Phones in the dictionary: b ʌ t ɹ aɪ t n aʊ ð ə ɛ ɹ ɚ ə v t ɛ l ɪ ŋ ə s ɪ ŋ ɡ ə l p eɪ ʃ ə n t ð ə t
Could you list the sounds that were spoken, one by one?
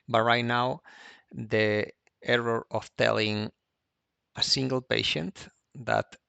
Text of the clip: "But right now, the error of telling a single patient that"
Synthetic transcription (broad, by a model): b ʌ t ɹ aɪ t n aʊ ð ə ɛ ɹ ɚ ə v t ɛ l ɪ ŋ ə s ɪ ŋ ɡ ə l p eɪ ʃ ə n t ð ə t